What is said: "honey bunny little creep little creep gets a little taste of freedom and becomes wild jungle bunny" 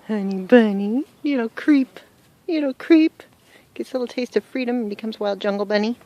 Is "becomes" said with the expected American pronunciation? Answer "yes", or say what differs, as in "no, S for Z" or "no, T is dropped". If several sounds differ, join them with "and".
yes